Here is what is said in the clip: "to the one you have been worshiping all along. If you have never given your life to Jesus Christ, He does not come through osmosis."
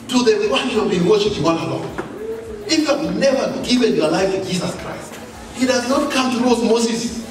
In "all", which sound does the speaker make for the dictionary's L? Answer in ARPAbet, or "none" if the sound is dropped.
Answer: N